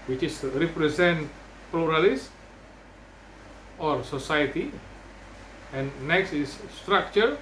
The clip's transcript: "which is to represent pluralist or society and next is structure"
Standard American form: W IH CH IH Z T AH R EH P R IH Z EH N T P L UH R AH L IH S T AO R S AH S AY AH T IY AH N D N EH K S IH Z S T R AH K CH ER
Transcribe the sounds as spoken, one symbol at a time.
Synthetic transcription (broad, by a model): W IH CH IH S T R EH P R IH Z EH N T P L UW R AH L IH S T AO R S AH S AY AH T IY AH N N EH K S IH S T R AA K CH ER